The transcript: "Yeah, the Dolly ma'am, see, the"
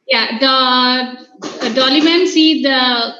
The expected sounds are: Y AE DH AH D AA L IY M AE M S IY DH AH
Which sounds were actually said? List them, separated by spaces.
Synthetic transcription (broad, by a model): Y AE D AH D AA L IY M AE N S IY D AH